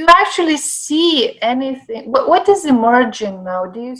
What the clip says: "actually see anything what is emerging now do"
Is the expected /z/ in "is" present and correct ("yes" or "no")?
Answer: yes